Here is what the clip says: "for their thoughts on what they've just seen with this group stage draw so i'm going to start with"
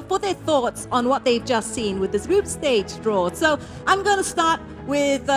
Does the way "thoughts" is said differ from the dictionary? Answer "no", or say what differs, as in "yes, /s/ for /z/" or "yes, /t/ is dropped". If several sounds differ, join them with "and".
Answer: no